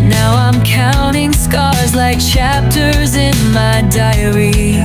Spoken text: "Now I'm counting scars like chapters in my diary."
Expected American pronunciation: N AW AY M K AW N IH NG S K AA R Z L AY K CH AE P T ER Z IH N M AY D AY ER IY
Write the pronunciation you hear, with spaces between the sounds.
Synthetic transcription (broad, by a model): N AW AY M K AW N IH NG S K AA R Z L AY K CH AE P T ER Z IH N M AY D AY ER IY